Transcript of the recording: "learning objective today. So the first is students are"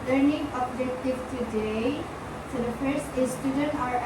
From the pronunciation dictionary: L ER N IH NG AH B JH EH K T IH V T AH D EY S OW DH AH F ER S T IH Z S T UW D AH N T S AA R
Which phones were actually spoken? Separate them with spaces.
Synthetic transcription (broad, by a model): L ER N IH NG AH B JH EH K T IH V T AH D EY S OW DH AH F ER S IH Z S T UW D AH N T AA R